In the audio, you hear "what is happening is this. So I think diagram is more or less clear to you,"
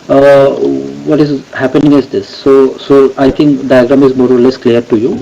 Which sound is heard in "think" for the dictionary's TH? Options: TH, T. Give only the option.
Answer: T